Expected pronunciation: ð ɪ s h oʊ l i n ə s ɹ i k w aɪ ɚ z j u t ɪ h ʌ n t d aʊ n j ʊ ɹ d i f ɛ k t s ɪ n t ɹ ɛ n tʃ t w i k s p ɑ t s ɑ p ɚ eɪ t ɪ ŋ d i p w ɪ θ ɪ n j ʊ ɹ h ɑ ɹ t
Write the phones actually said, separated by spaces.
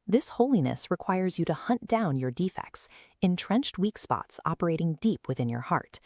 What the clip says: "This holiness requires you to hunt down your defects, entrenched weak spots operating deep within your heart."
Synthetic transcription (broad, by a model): ð ɪ s h oʊ l i n ə s ɹ i k w aɪ ɚ z j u t ɪ h ʌ n d aʊ n j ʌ ɹ d i f ɛ k t s ɪ n t ɹ ɛ n tʃ t w i k s p ɑ t s ɑ p ɚ eɪ t ɪ ŋ d i p w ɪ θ ɪ n j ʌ ɹ h ɑ ɹ t